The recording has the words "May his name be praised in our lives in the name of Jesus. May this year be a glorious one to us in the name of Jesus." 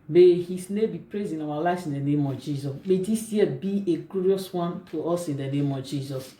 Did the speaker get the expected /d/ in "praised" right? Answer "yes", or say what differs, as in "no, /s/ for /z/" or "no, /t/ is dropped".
no, /d/ is dropped